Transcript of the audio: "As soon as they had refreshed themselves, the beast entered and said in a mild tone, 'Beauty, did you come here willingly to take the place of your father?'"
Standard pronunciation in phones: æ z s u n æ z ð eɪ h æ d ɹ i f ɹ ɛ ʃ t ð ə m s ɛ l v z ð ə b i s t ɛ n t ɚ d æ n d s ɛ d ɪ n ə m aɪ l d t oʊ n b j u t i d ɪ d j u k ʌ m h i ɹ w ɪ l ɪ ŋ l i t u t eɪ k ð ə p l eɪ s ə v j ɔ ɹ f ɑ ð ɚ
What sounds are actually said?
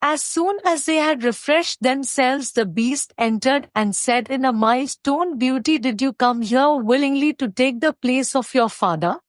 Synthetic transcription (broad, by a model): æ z s u n æ z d eɪ h æ d ɹ i f ɹ ɛ ʃ t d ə m s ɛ l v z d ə b i s t ɛ n t ɚ d æ n d s ɛ d ɪ n ə m aɪ l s t oʊ n b j u t i d ɪ d j u k ʌ m h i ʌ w ɪ l ɪ ŋ l i t u t eɪ k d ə p l eɪ s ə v j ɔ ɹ f ɑ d ɚ